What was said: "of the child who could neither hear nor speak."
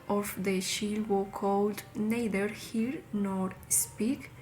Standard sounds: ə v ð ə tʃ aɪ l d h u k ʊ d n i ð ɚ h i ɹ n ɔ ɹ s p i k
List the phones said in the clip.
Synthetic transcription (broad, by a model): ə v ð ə ʃ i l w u k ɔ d n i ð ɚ h i ɹ n ɔ ɹ s p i k